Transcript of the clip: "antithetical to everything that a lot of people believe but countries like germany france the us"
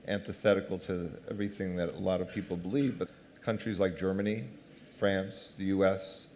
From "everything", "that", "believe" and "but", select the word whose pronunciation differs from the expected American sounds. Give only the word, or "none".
none